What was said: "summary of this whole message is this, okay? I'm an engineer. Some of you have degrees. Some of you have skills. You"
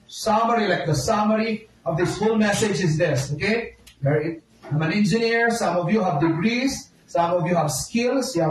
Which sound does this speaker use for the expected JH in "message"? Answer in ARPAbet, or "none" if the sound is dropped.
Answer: JH